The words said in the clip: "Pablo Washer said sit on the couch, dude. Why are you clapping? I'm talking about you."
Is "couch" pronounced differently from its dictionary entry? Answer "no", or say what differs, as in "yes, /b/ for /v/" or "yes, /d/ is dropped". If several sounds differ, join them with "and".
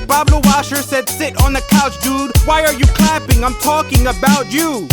no